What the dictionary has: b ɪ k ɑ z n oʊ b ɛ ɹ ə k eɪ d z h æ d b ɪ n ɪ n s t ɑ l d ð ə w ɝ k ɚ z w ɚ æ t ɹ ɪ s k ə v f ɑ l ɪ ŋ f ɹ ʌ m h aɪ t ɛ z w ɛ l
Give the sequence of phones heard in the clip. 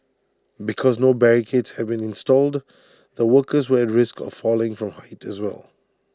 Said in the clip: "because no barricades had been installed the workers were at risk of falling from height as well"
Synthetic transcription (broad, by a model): b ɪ k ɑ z n oʊ b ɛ ɹ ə k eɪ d s h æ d b ɪ n ɪ n s t ɑ l d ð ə w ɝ k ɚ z w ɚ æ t ɹ ɪ s k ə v f ɑ l ɪ ŋ f ɹ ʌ m h aɪ t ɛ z w ɛ l